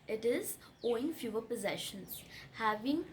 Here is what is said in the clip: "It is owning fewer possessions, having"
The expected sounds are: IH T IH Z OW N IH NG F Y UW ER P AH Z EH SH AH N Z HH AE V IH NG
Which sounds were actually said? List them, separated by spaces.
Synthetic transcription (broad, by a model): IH T IH Z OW IH NG F Y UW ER P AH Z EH SH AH N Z HH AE V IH NG